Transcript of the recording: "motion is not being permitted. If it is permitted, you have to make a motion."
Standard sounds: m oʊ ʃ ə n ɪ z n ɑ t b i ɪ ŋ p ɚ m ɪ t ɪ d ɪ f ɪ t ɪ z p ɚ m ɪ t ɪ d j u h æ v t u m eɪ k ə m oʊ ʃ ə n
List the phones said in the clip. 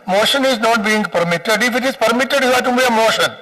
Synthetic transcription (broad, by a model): m oʊ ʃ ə n ɪ z n ɑ t b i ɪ ŋ p ɚ m ɪ t ɪ d ɪ f ɪ t ɪ z p ɚ m ɪ t ɪ d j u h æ t u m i ə m oʊ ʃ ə n